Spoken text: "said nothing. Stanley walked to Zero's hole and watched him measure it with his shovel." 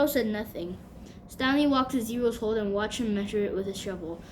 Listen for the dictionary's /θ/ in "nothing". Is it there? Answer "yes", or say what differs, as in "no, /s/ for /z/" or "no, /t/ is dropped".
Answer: yes